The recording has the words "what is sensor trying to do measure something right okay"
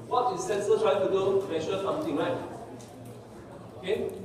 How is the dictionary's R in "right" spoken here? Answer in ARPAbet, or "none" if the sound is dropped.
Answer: L